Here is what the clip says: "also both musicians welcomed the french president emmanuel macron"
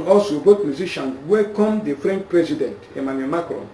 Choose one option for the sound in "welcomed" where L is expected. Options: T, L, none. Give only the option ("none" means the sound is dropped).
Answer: none